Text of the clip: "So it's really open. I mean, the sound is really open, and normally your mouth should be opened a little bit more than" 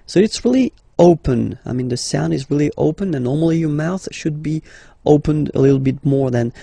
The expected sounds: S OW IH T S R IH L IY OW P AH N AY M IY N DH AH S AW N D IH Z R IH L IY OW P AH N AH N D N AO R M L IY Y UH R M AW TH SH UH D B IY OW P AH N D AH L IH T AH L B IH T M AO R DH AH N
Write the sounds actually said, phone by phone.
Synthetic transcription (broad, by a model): S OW IH T S R IH L IY OW P AH N AY M IY N DH AH S AW N D IH Z R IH L IY OW P AH N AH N N AO R M L IY Y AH R M AW TH SH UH D B IY OW P AH N D AH L IH T L B IH T M AO R DH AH N